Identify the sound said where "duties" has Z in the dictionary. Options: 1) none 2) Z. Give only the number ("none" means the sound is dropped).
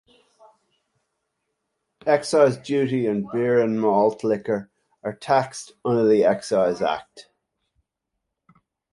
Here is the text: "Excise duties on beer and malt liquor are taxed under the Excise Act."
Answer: 1